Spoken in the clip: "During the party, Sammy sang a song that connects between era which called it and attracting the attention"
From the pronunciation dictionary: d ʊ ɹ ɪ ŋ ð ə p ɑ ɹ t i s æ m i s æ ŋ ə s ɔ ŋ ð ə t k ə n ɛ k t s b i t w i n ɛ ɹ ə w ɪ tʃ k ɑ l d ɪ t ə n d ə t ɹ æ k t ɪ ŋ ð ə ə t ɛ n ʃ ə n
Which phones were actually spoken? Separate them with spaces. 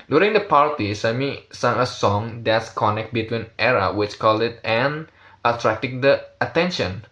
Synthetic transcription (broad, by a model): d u ɹ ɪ ŋ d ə p ɑ ɹ t i s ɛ m i s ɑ ŋ ə s ɔ ŋ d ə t k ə n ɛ k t b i t w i n ɛ ɹ ə w ɪ tʃ k ɑ l d ɪ t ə n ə t ɹ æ k t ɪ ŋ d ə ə t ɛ n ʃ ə n